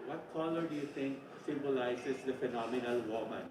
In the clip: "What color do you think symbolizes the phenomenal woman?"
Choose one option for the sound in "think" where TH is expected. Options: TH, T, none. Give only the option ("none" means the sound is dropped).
T